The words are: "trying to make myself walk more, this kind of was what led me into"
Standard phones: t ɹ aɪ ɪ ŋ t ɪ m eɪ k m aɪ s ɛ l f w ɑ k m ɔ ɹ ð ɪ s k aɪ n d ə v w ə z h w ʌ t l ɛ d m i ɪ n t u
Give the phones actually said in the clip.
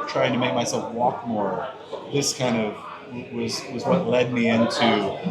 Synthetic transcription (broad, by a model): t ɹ aɪ ɪ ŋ t ɪ m eɪ k m aɪ s ɛ l f w ɑ k m ɔ ɹ ð ɪ s k aɪ n d ə v w ə z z w ʌ t l ɛ d m i ɪ n t u